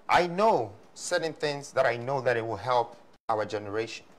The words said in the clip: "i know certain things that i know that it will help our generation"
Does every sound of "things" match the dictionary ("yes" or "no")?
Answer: yes